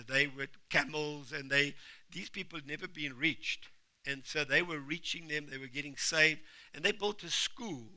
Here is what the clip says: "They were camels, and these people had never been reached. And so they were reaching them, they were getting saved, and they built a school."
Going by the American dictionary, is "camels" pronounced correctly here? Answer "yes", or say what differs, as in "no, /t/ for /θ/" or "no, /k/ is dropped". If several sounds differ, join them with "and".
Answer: yes